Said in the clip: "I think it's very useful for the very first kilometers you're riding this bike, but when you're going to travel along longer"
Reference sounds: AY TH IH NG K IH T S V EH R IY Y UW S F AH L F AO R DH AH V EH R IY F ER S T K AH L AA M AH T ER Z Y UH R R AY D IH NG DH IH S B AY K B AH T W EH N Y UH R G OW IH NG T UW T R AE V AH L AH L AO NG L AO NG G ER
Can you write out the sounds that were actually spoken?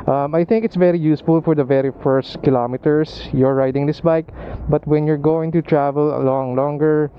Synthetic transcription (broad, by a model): AY TH IH NG K IH T S V EH R IY Y UW S F AH L F AO R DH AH V EH R IY F ER S T K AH L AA M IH T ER S Y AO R R AY D IH NG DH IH S B AY K B AH T W EH N Y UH R G OW IH NG T UW T R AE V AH L AH L AO NG L AO NG G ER